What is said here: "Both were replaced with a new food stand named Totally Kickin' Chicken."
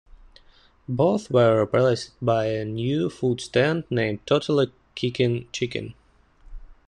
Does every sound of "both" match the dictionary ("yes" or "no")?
yes